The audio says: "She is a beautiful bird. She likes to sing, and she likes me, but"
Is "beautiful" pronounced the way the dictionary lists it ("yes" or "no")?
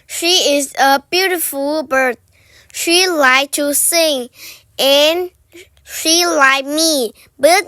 yes